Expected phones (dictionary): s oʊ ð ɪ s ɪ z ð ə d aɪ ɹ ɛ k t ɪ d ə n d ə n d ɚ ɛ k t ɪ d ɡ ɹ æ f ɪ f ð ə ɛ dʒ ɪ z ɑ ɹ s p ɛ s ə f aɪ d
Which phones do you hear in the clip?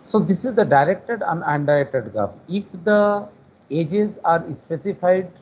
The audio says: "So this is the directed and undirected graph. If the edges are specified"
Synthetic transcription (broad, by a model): s oʊ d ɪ s ɪ z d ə d aɪ ɹ ɛ k t ɪ d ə n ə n d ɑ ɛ k t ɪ d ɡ ʌ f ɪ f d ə ɛ dʒ ɪ z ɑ ɹ s p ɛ s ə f aɪ d